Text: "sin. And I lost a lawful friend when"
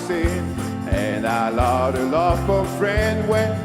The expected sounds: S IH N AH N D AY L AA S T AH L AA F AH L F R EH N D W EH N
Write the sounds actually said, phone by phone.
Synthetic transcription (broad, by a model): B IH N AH N AY L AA T AH L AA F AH F R EH N D W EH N